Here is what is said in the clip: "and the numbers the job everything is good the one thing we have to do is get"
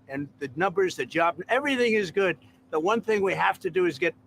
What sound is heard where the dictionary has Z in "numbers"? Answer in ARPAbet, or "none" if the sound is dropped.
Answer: Z